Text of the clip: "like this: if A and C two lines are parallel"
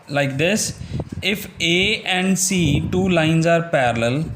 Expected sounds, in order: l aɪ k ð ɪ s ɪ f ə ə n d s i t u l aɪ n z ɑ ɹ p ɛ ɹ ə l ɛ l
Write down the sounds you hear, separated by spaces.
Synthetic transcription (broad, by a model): l aɪ k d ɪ s ɪ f ə ə n d s i t u l aɪ n z ɑ ɹ p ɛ ɹ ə l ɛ l